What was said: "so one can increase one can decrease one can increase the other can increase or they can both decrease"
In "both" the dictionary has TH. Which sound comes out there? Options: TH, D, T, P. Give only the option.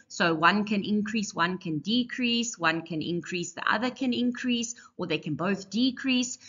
TH